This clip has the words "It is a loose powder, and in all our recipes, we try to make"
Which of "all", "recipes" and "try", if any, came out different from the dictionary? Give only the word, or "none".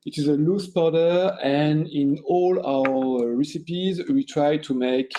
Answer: none